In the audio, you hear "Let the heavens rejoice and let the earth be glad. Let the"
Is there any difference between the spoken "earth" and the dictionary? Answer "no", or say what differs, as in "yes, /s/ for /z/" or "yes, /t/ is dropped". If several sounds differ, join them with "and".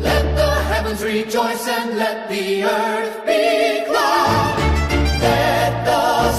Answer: no